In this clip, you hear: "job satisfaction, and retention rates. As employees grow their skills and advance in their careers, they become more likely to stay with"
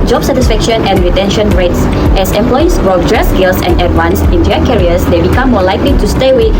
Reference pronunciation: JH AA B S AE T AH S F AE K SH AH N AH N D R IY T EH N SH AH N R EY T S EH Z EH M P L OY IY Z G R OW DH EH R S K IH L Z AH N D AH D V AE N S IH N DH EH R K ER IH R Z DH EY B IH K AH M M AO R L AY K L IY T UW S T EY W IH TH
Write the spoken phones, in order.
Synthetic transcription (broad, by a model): JH AA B S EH T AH S F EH K SH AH N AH N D R IY T EH N SH AH N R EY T S EH S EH M P L OY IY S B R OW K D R S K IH L S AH N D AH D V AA N S IH N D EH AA K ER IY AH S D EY B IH K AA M M AO L AY K L IY T UW S T EY W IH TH